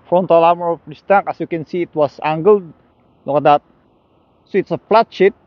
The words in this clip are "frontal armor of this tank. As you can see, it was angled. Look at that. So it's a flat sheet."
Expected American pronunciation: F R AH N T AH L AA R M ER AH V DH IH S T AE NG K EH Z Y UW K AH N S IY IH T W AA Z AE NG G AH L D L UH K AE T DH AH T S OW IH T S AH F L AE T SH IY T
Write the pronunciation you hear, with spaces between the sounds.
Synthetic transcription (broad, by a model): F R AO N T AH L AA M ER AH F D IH S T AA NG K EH S Y UW K AH N S IY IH T W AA S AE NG G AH L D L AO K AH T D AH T S OW IH T S AH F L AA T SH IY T